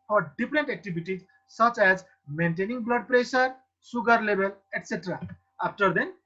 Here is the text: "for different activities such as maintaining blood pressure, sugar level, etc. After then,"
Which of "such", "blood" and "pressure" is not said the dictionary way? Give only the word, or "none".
pressure